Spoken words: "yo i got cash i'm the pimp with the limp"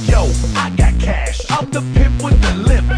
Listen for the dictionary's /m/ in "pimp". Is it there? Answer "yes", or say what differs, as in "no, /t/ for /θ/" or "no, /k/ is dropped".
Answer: no, /m/ is dropped